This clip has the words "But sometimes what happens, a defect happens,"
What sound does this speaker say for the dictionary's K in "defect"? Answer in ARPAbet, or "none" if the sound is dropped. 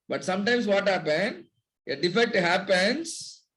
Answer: none